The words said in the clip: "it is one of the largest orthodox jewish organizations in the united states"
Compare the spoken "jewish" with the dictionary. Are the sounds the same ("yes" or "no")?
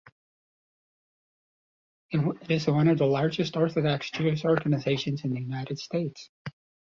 no